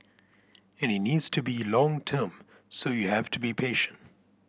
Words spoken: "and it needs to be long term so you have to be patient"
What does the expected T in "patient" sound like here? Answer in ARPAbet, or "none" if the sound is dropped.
T